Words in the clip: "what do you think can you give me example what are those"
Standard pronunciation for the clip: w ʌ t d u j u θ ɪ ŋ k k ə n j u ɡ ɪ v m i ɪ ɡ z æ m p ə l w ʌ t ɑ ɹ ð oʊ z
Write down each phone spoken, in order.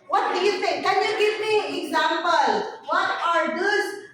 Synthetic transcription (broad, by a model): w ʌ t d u j u t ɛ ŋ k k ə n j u ɡ ɪ v m i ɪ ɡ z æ m p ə l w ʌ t ɑ ɹ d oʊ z